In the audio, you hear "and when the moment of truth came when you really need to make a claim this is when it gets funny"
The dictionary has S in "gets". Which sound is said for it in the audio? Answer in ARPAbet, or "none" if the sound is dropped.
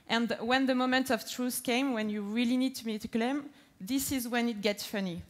S